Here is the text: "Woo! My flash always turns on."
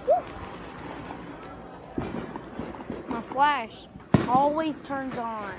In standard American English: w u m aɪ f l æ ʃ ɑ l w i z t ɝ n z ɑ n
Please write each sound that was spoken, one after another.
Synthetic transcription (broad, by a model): m aɪ f l æ ʃ ɑ l w i z t ɝ n z n